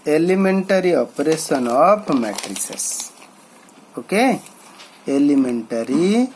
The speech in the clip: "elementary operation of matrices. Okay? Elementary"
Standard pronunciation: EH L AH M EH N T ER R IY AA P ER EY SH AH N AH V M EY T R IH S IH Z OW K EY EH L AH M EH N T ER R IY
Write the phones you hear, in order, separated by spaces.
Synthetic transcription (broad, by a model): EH L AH M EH N T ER R IY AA P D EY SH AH N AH P M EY T R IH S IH S OW K EY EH L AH M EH N T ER R IY